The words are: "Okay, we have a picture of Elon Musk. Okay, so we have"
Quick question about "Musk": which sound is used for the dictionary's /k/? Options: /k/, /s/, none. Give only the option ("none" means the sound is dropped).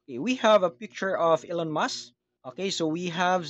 none